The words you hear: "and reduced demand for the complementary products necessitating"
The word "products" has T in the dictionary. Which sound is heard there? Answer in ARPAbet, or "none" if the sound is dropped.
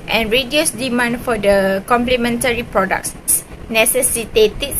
S